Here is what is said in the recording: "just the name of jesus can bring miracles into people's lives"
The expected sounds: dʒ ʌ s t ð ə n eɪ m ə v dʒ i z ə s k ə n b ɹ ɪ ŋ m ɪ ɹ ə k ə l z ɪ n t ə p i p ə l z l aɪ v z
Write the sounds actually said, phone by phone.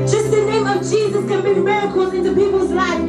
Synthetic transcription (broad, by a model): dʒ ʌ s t ð ə n eɪ m ə v dʒ i z ə s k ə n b ɪ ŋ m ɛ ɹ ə k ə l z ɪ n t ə p i p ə l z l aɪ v